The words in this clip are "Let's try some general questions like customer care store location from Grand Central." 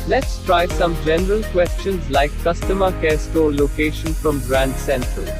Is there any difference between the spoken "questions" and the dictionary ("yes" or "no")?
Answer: no